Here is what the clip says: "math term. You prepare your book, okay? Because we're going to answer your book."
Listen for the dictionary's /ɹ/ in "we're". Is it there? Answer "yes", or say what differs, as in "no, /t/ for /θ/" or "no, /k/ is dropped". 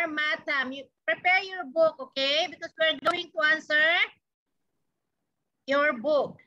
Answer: yes